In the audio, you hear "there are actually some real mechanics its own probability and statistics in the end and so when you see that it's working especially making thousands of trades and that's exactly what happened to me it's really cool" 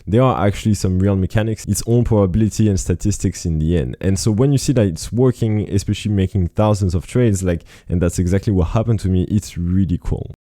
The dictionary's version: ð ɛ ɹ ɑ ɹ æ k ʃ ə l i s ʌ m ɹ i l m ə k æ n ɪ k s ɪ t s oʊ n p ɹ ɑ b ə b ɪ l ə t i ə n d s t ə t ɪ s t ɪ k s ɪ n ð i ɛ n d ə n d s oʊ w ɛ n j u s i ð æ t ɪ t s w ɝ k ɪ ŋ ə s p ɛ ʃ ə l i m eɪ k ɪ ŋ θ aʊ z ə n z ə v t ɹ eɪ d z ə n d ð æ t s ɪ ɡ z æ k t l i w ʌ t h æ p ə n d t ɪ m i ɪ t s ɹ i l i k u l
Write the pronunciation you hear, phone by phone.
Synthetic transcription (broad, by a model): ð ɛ ɹ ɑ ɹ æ k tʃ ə l i s ʌ m ɹ i l m ə k æ n ɪ k s ɪ t s oʊ n p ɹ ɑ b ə b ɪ l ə t i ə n s t ə t ɪ s t ɪ k s ɪ n ð i ɛ n d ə n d s oʊ w ɛ n j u s i ð æ t ɪ t s w ɝ k ɪ ŋ ə s p ɛ ʃ ə l i m eɪ k ɪ ŋ θ aʊ z ə n z ə v t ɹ eɪ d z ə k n ð æ t s ɪ ɡ z æ k t l i w ʌ t h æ p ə n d t ɪ m i ɪ t s ɹ i l i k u l